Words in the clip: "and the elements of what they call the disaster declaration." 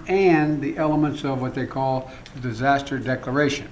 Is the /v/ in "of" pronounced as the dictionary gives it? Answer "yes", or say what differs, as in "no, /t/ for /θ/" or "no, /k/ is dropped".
yes